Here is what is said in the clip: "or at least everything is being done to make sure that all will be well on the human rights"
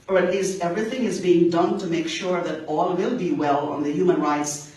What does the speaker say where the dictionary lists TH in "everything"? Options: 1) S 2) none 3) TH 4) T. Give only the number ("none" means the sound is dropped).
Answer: 3